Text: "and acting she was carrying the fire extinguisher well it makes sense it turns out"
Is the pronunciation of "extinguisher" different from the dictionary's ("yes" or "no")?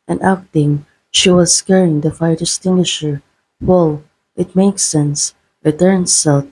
yes